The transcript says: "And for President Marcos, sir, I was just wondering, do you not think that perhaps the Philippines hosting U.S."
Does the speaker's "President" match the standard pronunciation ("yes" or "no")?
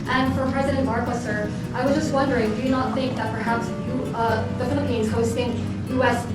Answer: yes